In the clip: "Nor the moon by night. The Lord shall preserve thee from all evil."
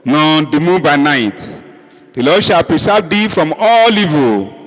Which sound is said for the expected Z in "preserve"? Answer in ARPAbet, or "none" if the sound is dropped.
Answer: S